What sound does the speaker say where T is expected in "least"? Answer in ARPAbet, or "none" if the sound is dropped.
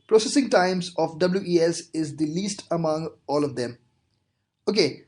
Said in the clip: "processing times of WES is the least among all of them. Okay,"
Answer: T